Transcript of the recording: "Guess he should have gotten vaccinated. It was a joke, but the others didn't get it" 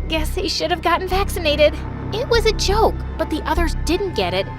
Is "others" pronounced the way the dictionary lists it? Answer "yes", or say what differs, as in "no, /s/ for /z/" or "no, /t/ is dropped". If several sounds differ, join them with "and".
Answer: yes